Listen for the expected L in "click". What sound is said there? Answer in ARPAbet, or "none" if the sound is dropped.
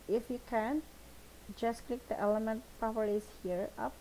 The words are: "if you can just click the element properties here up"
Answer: L